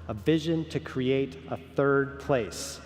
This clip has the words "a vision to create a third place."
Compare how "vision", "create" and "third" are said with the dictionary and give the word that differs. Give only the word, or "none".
none